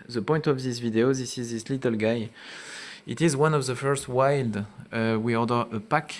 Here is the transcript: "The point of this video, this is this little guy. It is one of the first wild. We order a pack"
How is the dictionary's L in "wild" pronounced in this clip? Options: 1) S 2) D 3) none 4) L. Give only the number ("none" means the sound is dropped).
4